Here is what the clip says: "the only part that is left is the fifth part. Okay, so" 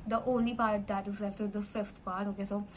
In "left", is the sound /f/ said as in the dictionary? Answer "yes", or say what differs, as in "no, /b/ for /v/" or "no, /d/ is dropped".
no, /f/ is dropped